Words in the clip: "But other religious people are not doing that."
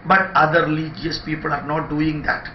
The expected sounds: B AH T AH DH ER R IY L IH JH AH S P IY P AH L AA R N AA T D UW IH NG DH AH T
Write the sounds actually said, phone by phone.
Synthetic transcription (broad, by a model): B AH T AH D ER L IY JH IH AH S P IY P AH L AA R N AA T D UW IH NG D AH T